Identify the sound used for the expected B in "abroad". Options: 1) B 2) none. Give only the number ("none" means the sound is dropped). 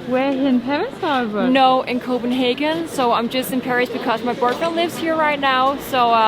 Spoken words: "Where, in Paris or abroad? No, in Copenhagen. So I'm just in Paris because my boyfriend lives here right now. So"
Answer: 2